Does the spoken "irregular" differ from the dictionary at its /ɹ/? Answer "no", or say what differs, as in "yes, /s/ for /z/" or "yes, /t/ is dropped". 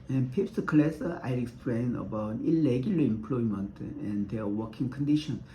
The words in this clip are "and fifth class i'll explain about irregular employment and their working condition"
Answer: yes, /l/ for /ɹ/